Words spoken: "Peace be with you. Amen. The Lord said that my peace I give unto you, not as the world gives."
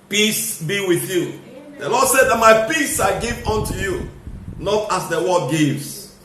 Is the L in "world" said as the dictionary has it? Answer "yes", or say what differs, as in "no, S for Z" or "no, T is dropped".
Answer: no, L is dropped